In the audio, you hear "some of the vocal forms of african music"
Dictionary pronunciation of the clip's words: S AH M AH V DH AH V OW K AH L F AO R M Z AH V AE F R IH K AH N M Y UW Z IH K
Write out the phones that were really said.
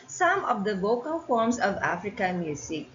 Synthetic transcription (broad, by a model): S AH M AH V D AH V OW K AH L F AO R M S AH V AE F R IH K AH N M Y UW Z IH K